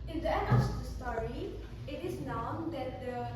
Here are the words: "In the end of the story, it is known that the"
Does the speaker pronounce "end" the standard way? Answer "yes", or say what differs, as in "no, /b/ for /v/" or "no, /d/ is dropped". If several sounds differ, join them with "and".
no, /d/ is dropped